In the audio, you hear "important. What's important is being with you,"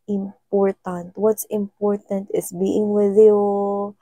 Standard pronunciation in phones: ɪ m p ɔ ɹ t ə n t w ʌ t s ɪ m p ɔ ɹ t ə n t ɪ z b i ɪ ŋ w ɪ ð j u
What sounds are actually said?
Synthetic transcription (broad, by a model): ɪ m p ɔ ɹ t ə n t w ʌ t s ɪ m p ɔ ɹ t ə n t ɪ s b i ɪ ŋ w ɪ ð j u